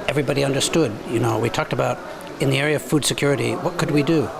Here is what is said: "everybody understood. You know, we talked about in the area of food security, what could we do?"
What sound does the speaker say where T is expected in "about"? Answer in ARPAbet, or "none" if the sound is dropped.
T